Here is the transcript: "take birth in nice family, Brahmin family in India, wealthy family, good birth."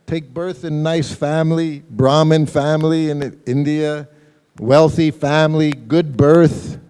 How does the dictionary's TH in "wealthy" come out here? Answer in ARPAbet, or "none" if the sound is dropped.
TH